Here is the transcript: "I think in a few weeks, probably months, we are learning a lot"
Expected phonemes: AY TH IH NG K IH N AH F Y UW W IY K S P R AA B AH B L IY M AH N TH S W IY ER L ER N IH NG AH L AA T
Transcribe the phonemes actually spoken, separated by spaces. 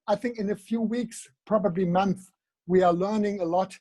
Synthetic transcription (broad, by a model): AY TH IH NG K IH N AH F Y UW W IY K S P R AA B AH B L IY M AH N TH W IY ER L ER N IH NG AH L AA T